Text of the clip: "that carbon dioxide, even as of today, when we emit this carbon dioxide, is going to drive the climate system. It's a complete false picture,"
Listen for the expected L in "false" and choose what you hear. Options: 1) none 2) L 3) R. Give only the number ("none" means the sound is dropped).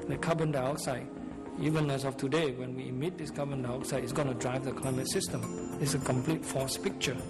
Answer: 1